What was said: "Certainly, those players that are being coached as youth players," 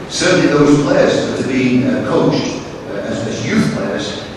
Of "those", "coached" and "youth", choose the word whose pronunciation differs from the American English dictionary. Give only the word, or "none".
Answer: none